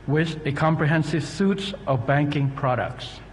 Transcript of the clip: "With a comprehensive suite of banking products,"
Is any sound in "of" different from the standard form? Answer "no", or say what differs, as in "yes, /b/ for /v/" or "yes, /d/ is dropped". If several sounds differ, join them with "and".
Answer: no